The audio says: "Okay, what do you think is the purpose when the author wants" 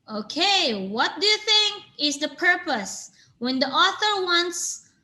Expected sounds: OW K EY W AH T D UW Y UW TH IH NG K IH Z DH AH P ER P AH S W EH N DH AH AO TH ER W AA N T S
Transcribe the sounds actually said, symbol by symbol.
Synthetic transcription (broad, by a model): OW K EY W AH T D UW Y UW TH IH NG K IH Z DH AH P ER P AH S W EH N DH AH AO TH ER W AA N T S